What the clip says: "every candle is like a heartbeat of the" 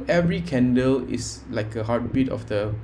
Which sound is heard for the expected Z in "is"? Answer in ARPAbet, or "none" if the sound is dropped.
S